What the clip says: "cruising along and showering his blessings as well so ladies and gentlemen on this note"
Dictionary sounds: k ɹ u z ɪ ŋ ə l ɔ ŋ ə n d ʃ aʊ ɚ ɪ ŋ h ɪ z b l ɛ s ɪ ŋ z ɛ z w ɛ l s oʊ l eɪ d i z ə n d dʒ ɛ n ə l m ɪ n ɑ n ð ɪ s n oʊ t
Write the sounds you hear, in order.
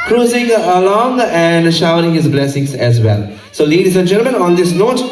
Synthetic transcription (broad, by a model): k ɹ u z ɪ ŋ ə l ɔ ŋ ə n d ʃ aʊ ɚ ɪ ŋ h ɪ z b l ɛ s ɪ ŋ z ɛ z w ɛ l s oʊ l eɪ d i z ə n d dʒ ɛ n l m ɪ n ɑ n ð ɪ s n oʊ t